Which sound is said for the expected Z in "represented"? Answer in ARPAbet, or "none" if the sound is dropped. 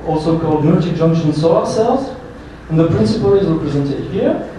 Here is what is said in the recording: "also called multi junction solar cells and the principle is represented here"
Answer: Z